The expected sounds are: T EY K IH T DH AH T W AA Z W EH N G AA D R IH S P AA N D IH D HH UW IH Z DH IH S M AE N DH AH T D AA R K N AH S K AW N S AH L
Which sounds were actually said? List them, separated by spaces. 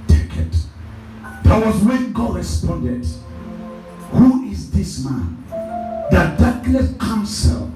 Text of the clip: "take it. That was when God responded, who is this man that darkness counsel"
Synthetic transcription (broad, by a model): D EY K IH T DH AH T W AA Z W EH N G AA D R IH S P AA N D IH D HH UW IH Z DH IH S M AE N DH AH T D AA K L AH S K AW N S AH L